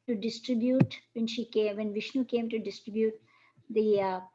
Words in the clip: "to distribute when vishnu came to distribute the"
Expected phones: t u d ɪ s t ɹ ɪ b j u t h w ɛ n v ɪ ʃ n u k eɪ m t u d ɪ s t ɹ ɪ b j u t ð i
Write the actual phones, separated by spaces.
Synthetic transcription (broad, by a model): t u d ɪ s t ɹ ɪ b j u t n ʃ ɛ n v ɪ ʃ n u k eɪ m t u d ɪ s t ɹ ɪ b j u t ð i